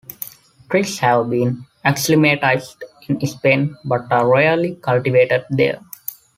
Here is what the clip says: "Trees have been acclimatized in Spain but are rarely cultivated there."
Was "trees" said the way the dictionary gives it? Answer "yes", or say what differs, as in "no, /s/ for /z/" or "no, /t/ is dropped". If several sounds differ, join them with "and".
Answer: no, /s/ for /z/